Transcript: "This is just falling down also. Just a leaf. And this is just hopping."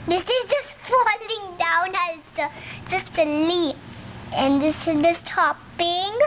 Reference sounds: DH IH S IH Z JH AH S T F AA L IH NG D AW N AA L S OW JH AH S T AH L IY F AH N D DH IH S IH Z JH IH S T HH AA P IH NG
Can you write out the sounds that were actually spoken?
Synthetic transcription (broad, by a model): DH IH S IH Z JH AH S T F AA L IH NG D AW N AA S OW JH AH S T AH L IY AH N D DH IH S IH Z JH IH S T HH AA P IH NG